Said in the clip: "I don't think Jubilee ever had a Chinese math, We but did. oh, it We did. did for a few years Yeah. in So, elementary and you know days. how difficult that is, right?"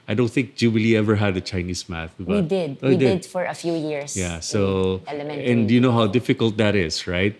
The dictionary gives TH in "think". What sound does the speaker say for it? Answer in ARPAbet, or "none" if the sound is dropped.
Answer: TH